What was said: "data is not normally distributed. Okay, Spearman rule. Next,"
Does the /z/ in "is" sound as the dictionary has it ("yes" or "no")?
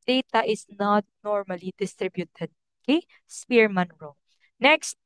no